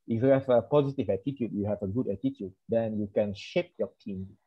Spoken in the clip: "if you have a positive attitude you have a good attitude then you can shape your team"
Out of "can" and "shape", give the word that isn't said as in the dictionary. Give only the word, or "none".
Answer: none